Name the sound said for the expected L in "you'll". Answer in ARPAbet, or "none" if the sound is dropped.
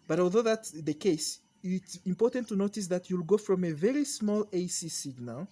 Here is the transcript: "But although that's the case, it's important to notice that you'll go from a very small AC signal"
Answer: L